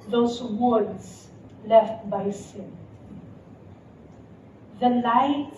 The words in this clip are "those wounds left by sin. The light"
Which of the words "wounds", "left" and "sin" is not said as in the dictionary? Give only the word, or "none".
wounds